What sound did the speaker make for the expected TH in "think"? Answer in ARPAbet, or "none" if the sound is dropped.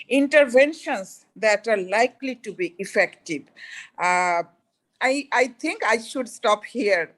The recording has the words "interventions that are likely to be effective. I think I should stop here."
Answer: T